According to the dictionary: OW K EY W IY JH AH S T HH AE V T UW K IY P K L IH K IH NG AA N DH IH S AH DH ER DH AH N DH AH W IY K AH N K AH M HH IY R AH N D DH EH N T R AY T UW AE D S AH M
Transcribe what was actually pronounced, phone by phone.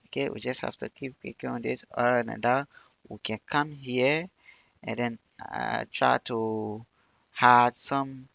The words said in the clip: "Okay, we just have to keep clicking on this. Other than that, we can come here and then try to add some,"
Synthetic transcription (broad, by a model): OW K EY W IY JH AH S T HH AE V T UW K IY P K IY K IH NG AA N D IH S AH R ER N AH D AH W IY K AH N K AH M HH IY AH N D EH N T R AY T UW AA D S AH M